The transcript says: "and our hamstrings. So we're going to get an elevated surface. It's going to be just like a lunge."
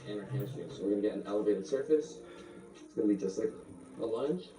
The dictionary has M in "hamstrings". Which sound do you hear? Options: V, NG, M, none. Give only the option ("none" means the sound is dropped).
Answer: none